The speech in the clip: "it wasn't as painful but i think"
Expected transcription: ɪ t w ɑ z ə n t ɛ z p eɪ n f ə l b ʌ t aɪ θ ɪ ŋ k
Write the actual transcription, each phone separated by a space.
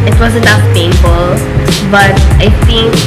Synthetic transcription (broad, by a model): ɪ t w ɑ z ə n ʌ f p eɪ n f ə l b ʌ t aɪ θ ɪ ŋ k